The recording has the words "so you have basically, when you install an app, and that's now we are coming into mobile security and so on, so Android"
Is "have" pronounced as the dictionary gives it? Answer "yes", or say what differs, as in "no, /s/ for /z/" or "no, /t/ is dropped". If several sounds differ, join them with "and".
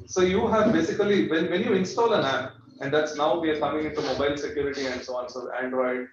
yes